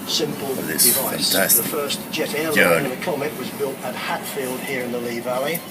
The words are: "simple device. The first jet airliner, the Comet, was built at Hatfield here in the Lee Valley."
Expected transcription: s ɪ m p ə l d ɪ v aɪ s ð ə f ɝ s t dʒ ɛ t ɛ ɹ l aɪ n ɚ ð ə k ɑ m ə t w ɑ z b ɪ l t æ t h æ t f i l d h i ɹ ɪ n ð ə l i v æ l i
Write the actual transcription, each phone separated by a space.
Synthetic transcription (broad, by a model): s ɪ m p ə l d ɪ v aɪ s ð ə f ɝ s dʒ ɛ t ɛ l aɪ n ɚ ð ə k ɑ m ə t w ɑ z b ɪ l t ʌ t h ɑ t f i l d h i ɹ ɪ n ð ə l i v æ l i